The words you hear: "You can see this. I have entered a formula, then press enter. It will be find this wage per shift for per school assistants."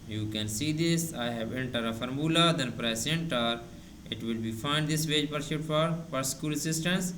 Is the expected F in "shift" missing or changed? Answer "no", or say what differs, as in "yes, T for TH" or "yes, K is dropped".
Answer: yes, F is dropped